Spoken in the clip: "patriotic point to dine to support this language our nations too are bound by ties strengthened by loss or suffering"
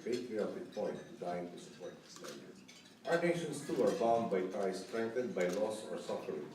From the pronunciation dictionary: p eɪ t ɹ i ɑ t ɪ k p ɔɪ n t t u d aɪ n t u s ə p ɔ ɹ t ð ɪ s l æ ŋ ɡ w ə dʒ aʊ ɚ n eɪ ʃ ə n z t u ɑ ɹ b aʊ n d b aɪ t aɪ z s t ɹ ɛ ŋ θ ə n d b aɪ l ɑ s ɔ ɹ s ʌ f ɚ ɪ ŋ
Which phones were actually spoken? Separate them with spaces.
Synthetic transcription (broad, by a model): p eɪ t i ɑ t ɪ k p ɔɪ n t t u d aɪ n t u s ə p ɔ ɹ t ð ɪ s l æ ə aʊ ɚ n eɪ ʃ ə n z t u ɑ ɹ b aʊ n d b aɪ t aɪ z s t ɹ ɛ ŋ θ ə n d b aɪ l ɑ s ɔ ɹ s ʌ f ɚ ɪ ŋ